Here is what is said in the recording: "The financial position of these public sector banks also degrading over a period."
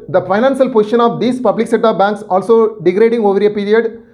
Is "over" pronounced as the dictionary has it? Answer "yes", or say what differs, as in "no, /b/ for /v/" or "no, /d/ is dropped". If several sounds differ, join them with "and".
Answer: yes